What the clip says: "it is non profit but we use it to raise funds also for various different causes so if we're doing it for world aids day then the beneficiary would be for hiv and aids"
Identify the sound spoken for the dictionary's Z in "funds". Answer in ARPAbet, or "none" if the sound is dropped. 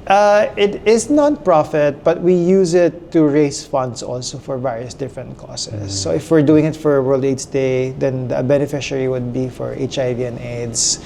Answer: S